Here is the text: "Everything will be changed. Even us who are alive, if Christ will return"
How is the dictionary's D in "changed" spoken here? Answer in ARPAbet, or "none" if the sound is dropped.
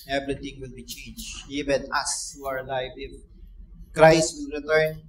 none